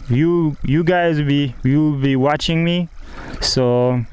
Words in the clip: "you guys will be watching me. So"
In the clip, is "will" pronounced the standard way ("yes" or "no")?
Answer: no